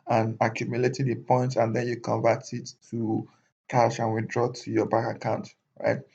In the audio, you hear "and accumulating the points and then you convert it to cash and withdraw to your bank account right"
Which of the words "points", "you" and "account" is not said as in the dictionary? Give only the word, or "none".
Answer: points